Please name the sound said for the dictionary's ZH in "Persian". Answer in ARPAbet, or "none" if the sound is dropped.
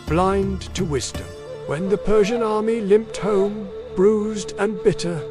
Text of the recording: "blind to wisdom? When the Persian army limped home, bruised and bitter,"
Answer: ZH